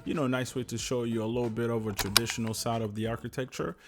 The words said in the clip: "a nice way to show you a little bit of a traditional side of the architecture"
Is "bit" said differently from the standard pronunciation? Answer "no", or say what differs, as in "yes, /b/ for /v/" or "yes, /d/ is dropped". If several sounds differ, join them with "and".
no